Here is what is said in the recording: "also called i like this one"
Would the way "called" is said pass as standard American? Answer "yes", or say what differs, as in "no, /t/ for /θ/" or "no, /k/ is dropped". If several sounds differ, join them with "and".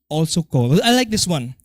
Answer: no, /d/ is dropped